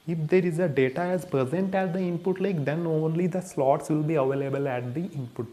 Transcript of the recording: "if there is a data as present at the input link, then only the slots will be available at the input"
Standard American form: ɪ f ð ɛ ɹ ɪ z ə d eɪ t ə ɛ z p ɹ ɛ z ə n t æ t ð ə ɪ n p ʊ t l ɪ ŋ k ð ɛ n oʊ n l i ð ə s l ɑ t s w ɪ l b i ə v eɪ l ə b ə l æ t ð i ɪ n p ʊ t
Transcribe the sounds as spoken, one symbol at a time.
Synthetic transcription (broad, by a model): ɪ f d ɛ ɹ ɪ z ə d eɪ t ə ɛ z p ɹ ɛ z ə n t æ t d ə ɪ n p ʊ t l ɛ k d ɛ n oʊ n l i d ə s l ɑ t s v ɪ l b i ə v eɪ l ə b ə l æ t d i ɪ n p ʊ t